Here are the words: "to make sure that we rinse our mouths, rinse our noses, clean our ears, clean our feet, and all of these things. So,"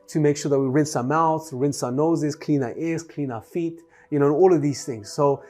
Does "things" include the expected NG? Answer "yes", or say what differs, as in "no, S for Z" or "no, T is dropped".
yes